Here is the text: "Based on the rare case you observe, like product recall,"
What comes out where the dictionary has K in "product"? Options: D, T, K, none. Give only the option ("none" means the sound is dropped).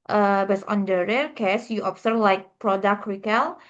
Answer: K